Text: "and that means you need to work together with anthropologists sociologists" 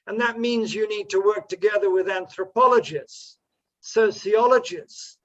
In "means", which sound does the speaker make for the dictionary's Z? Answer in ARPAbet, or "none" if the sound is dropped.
Z